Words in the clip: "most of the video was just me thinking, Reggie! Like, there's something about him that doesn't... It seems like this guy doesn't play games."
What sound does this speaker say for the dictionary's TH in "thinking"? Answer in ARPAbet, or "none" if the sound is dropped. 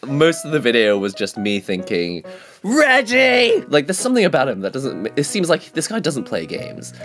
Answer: TH